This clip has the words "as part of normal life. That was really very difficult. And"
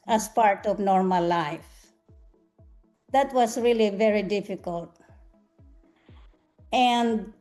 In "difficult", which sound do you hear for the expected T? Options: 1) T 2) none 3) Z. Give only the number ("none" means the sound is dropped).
1